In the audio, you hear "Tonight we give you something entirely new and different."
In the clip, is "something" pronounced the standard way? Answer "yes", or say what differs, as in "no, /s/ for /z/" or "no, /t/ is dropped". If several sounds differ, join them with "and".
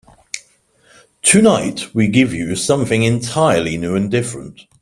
yes